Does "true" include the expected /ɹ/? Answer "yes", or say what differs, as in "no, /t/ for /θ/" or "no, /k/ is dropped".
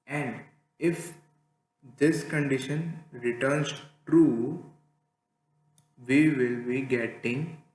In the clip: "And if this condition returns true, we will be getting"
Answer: yes